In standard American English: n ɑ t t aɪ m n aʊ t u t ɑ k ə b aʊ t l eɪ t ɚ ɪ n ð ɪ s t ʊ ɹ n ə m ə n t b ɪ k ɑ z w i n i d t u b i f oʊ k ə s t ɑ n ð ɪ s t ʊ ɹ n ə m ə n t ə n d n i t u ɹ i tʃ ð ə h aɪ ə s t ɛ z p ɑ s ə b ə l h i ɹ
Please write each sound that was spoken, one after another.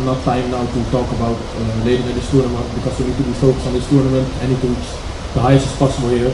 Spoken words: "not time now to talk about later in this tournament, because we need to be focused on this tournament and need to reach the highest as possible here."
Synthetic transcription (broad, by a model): n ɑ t t aɪ m n aʊ t u t ɑ k ə b aʊ t l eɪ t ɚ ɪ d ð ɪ s t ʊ ɹ n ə m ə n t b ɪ k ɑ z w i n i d t u b i f oʊ k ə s ɑ n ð ɪ s t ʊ ɹ n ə m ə n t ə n n i t u w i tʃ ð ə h aɪ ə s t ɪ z p ɑ s ə b ə l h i ɹ